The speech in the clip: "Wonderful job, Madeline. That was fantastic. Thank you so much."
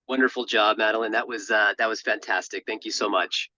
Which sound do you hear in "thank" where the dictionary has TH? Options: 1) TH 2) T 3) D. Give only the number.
1